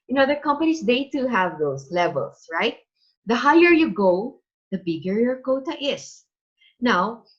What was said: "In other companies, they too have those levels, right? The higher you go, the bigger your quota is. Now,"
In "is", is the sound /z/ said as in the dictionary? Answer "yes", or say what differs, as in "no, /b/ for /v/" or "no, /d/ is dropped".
no, /s/ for /z/